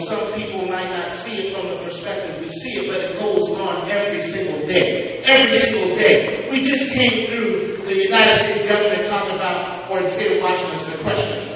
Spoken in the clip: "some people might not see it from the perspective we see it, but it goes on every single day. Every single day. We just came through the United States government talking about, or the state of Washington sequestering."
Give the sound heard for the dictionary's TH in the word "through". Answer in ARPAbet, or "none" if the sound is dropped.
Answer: TH